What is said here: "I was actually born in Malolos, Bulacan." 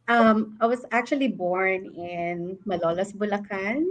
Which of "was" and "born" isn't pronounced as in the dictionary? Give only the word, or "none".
was